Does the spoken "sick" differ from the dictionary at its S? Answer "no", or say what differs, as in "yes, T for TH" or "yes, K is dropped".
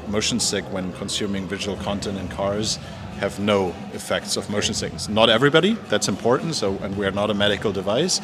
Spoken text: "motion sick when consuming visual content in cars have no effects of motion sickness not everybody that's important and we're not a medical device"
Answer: no